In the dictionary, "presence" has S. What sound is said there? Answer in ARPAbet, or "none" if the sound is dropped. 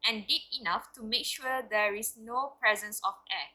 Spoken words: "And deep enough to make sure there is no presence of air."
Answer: S